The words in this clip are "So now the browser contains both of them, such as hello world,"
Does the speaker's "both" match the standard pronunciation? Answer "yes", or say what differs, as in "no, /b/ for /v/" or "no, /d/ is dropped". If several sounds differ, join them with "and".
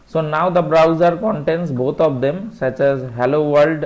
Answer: no, /t/ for /θ/